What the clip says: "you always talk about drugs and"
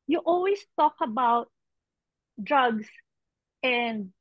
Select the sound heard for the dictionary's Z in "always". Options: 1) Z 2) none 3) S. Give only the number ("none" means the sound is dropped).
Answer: 3